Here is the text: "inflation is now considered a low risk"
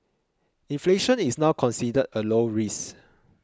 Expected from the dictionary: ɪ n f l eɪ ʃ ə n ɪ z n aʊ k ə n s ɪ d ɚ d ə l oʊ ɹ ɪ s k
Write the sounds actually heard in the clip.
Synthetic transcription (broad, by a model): ɪ n f l eɪ ʃ ə n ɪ s n aʊ k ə n s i d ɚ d ə l oʊ ɹ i s